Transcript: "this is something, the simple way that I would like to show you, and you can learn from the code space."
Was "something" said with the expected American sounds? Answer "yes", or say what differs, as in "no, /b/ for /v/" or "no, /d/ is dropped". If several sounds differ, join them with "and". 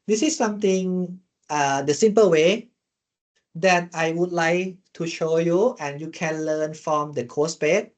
no, /t/ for /θ/